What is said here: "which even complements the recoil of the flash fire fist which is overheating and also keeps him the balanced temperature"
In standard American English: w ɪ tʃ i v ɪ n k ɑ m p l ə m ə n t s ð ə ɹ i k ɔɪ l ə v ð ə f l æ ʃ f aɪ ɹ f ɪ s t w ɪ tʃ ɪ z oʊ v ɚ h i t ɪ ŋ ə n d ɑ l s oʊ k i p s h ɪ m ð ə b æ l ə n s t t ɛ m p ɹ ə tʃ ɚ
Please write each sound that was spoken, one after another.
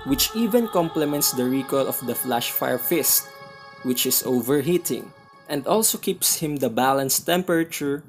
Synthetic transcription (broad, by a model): w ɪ tʃ i v ɪ n k ɑ m p l ə m ə n t s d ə ɹ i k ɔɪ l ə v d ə f l æ ʃ f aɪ ɹ f ɪ s t w ɪ tʃ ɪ s oʊ v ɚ h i t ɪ ŋ ə n d ɑ l s oʊ k i p s h ɪ m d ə b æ l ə n s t t ɛ m p ɹ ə tʃ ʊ